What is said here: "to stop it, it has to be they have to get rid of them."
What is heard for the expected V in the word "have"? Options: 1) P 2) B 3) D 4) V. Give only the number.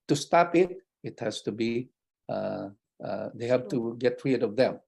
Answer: 1